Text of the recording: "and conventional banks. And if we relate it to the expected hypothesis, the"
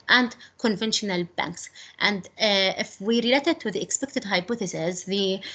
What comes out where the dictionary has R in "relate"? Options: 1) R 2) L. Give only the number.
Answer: 1